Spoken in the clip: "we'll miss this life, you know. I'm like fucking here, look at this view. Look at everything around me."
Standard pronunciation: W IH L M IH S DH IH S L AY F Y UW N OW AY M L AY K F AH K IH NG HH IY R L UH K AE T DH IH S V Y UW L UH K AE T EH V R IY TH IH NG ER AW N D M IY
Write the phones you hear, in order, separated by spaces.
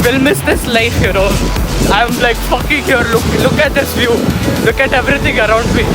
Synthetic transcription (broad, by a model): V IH L M IH S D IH S L AY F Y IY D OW AY M L AY K F AH K IH NG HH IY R L UH K AE T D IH S V Y UW L UH K AE T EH V R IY T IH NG ER AW N D M IY